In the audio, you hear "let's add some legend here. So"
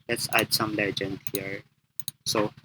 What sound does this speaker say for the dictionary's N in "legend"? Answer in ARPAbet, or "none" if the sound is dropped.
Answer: N